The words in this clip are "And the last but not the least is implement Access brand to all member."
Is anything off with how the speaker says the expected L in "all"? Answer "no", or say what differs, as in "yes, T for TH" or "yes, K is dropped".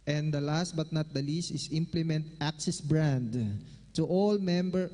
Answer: no